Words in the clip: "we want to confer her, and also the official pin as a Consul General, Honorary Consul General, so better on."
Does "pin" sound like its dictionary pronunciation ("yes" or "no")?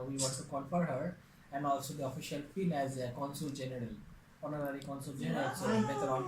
no